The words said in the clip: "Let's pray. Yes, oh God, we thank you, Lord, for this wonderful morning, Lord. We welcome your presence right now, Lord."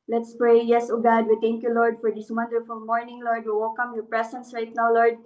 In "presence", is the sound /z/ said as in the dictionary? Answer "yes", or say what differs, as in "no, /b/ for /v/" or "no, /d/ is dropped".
no, /s/ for /z/